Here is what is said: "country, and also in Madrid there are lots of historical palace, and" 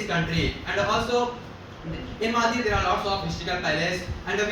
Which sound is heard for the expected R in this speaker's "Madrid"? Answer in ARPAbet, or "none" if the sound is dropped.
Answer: none